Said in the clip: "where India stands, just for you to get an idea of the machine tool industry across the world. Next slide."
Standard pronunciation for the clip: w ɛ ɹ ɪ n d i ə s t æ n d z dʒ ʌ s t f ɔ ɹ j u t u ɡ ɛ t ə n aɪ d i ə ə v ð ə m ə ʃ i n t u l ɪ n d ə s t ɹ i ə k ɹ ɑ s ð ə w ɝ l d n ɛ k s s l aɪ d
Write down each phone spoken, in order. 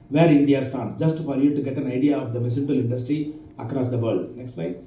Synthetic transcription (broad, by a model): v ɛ ɹ ɪ n d i ə s t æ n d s dʒ ʌ s t f ɔ ɹ j u t u ɡ ɛ t ə n aɪ d i ə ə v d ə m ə s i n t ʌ l ɪ n d ə s t ɹ i ə k ɹ ɑ s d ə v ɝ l d n ɛ k s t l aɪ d